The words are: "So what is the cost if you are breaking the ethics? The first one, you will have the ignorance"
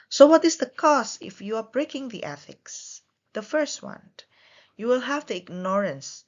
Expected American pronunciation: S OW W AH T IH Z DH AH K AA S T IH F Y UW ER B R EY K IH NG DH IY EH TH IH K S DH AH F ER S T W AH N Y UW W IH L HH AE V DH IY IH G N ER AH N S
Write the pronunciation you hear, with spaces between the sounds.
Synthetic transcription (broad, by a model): S OW W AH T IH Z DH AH K AA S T IH F Y UW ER B R EY K IH NG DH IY EH TH IH K S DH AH F ER S T W AH N Y UW W IH L HH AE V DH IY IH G N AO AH N S